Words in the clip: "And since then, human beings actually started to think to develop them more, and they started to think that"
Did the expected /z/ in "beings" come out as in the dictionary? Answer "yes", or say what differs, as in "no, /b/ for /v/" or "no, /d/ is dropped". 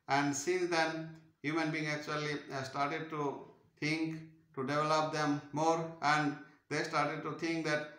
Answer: no, /z/ is dropped